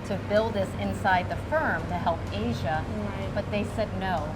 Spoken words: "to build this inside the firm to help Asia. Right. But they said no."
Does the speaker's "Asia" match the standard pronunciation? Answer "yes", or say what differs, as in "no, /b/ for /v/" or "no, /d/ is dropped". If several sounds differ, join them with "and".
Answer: yes